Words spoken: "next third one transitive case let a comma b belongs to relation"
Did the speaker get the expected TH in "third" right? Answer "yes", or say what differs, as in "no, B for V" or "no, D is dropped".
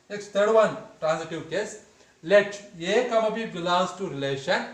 no, T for TH